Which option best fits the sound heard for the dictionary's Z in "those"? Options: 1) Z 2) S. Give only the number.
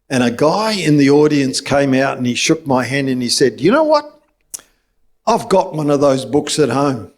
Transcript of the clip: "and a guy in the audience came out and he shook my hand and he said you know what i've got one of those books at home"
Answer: 1